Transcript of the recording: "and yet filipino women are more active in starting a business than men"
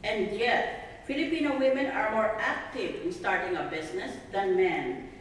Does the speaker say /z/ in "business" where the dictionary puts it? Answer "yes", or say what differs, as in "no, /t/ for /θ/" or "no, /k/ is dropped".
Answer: no, /s/ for /z/